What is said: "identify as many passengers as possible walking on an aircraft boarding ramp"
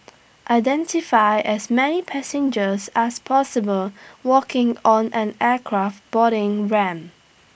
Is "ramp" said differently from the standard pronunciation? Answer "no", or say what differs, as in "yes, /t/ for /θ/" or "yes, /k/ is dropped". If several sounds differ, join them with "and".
yes, /p/ is dropped